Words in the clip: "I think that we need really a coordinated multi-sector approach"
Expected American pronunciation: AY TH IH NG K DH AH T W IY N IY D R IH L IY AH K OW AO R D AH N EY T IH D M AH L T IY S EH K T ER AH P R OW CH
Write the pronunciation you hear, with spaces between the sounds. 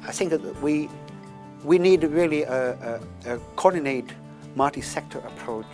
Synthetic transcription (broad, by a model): AY TH IH NG K DH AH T W IY N IY D R IH L IY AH K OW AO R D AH N EY IH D M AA T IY S EH K T ER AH P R OW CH